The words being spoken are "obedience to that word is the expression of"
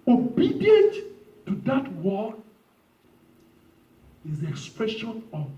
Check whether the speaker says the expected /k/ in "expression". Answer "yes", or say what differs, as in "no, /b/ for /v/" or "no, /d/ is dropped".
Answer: yes